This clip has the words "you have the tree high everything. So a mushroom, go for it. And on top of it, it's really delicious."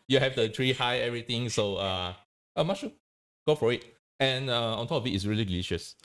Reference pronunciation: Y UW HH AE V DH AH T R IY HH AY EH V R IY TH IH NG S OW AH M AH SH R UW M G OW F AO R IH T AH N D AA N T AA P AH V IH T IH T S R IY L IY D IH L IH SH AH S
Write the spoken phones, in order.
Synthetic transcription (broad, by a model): Y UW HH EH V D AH T R IY HH AY EH V R IY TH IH NG S OW AH M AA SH UW G OW F AO R IH T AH N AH AA N T AA P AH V IH T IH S R IY L IY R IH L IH SH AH S